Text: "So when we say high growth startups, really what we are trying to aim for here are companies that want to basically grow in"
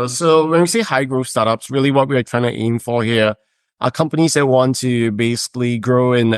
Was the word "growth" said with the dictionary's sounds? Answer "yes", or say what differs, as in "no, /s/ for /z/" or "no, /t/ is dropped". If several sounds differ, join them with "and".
no, /f/ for /θ/